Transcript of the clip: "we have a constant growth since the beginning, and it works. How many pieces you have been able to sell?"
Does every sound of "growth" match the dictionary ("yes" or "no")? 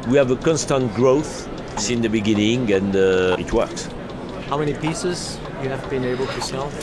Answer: yes